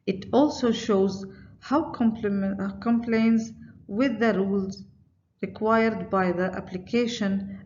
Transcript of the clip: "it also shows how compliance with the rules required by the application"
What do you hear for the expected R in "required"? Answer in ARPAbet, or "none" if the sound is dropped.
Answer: R